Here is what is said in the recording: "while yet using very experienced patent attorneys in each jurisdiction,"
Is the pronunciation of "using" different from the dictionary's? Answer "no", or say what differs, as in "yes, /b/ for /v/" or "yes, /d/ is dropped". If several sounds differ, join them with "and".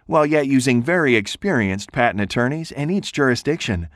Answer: no